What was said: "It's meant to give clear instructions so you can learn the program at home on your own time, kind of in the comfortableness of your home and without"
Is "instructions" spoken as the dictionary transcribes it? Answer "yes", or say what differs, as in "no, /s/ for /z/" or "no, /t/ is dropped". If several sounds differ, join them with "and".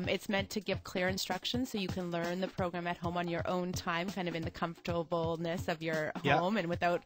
yes